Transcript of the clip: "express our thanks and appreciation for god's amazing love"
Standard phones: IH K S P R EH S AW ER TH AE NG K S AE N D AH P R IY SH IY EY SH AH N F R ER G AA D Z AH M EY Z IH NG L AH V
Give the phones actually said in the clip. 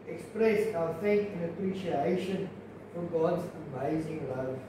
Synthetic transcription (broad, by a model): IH K S P R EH S AW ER F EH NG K AE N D AH P R IY SH IY EY SH AH N F R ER G AA D Z AH M EY Z IH NG L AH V